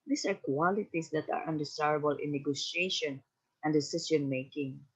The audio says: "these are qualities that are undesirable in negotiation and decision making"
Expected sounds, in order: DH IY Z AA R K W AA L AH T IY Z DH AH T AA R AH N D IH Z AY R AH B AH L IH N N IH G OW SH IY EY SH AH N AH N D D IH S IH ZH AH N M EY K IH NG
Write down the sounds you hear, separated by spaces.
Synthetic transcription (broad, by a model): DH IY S AA R K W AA L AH T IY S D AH T AA R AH N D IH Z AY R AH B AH L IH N N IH G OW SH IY EY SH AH N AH N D D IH S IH S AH N M EY K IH NG